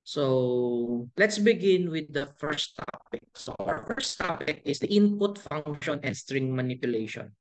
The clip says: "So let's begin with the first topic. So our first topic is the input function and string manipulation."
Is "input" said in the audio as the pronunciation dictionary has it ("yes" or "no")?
yes